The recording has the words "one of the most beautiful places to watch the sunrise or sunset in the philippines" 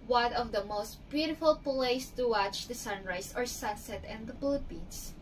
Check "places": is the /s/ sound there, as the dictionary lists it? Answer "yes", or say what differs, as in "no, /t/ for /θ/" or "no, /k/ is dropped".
no, /s/ is dropped